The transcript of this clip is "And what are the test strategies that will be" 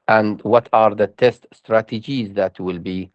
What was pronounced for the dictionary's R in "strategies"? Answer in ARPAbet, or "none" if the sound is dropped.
R